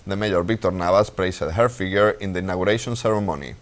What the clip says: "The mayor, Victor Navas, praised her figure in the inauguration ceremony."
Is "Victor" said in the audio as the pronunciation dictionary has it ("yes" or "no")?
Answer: no